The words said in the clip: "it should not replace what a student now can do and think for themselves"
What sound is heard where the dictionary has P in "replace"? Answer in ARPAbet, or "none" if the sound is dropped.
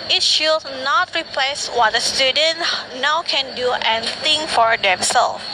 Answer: P